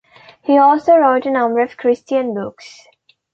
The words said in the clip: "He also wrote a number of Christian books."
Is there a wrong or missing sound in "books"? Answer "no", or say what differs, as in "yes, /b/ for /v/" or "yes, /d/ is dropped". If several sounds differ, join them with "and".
no